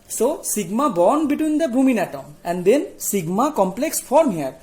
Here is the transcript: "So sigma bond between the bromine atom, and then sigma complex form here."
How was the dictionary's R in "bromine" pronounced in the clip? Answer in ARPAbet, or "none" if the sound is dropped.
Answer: none